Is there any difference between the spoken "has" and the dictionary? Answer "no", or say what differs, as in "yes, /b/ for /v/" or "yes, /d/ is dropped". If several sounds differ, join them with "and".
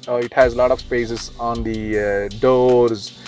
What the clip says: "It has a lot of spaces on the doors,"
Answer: no